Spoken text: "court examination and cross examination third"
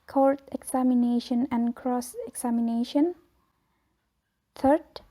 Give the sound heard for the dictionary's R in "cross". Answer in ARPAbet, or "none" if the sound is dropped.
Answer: R